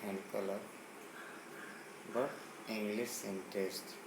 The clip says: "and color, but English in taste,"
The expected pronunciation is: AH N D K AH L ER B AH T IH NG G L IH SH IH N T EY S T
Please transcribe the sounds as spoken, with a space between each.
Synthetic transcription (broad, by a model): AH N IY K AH L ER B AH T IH NG G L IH S IH N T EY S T